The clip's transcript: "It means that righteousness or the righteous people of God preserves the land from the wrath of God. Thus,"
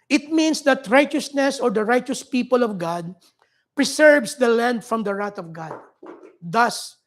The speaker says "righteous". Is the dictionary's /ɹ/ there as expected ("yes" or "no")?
yes